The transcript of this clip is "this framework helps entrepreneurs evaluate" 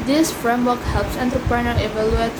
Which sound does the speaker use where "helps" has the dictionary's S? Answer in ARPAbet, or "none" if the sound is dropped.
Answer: S